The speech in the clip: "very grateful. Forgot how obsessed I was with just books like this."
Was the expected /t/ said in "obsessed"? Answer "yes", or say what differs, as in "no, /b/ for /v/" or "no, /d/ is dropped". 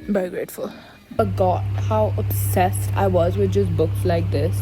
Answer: yes